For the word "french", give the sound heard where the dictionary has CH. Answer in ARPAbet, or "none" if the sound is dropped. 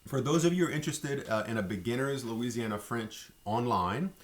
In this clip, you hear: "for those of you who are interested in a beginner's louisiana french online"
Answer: CH